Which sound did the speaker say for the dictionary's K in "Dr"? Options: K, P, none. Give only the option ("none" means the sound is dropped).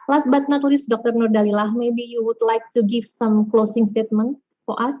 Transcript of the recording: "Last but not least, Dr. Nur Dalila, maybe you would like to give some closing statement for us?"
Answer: K